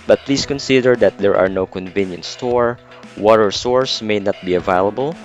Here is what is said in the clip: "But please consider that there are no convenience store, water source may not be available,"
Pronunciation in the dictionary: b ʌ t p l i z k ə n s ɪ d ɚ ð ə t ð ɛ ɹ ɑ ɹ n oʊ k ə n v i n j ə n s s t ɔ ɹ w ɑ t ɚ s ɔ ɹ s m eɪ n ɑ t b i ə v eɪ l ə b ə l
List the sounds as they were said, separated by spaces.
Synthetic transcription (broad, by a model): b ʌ t p l i s k ə n s ɪ d ɚ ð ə t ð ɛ ɹ ɑ ɹ n oʊ k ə n v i n j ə n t s t ɔ ɹ w ɑ t ɚ s ɔ ɹ s m eɪ n ɑ t b i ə v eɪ l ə b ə l